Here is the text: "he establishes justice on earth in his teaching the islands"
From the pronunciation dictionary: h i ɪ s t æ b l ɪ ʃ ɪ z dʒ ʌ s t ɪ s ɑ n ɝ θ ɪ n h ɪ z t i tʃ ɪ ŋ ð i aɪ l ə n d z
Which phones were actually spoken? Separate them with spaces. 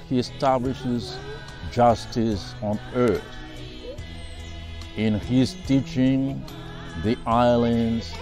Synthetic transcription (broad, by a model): h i ɪ s t æ b l ɪ ʃ ɪ z dʒ ʌ s t ɪ s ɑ n ɝ θ ɪ n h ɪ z t i tʃ ɪ ŋ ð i aɪ l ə n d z